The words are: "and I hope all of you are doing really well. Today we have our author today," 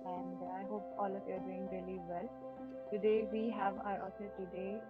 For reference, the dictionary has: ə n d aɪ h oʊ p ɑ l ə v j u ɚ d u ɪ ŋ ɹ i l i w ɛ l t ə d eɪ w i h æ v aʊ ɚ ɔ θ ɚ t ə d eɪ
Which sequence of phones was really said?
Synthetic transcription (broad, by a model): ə n d aɪ h oʊ p ɑ l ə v j u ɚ d u ɪ ŋ ɹ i l i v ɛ l t ə d eɪ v i h æ v aʊ ɚ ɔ s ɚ t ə d eɪ